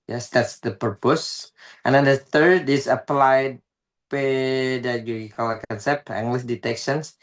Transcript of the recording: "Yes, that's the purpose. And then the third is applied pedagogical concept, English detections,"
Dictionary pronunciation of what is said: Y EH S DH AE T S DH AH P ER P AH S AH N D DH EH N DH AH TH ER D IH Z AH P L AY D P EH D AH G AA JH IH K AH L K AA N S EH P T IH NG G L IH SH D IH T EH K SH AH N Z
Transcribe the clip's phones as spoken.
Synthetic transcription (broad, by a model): Y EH S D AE T S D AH P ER P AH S AH N D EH N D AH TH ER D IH S AH P L AY D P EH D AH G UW IH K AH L K AA N S EH P T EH NG G L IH S D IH T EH K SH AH N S